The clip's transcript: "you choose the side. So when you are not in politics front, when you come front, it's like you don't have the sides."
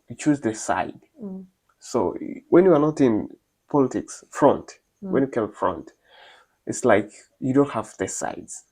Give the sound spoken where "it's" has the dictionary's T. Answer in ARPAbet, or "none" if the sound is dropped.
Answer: T